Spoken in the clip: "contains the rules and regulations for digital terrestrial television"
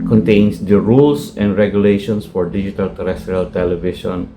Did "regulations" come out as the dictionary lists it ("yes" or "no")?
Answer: no